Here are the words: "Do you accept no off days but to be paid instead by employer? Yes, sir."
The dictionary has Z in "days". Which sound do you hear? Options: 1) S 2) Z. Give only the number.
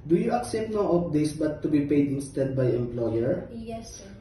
1